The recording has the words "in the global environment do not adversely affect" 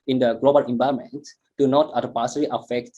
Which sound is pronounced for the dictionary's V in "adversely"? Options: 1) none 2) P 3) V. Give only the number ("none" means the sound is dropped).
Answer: 2